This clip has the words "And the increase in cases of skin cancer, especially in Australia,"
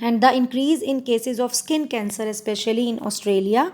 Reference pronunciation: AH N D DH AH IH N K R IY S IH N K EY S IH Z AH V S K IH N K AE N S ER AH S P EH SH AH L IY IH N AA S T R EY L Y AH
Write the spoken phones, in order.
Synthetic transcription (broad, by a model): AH N D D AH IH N K R IY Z IH N K EY S IH Z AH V S K IH N K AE N S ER AH S P EH SH AH L IY IH N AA S T R EY L Y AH